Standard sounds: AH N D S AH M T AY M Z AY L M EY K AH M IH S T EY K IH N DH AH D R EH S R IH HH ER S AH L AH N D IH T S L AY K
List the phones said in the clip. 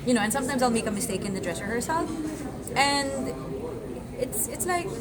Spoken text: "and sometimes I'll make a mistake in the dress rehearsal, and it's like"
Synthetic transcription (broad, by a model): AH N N S AH M T AY M Z AY L M EY K AH M IH S T EY K IH N DH AH D R EH S R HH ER S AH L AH N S IH T S L AY K